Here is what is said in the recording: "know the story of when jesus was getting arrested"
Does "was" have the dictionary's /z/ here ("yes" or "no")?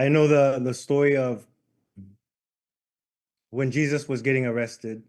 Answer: yes